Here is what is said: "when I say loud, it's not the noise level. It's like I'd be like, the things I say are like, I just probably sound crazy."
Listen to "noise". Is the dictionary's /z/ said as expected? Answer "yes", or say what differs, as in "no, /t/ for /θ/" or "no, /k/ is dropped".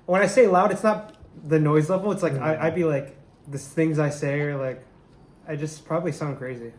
yes